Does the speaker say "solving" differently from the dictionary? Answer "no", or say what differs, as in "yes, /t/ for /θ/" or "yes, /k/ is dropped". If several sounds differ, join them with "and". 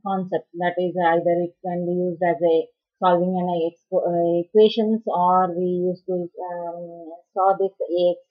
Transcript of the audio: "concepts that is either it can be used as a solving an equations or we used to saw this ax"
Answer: no